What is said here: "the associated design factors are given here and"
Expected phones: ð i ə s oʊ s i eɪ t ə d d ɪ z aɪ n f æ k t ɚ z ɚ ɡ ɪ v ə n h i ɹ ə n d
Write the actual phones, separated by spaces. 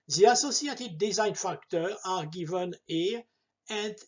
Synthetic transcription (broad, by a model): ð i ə s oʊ s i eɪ t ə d d ɪ z aɪ n f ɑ k t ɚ ɑ ɡ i v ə n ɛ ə n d